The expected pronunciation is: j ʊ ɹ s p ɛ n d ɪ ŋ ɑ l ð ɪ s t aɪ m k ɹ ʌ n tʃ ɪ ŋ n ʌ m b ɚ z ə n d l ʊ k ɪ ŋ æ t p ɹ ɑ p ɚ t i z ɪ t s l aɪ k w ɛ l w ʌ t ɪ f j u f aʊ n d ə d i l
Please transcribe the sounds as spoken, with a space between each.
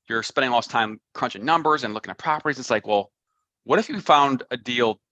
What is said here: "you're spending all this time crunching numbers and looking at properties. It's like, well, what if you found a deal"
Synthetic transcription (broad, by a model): j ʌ ɹ s p ɛ n d ɪ ŋ l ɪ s t aɪ m k ɹ ʌ n tʃ ɪ ŋ n ʌ m b ɚ z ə n l ʊ k ɪ ŋ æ t p ɹ ɑ p ɚ t i z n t s l aɪ k w ɛ l w ʌ t ɪ f j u f aʊ n d ə d i l